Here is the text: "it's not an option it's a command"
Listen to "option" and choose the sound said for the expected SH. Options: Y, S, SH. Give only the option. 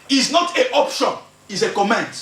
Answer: SH